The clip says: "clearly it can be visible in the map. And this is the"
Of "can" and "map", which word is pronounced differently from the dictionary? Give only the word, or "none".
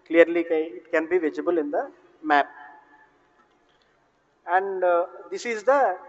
none